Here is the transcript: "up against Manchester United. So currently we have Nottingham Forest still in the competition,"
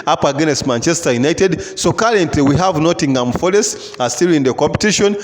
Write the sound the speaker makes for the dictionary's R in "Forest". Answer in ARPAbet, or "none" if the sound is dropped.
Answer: L